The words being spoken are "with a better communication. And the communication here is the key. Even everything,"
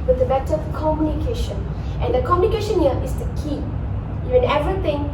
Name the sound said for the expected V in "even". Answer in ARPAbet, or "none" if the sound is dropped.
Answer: none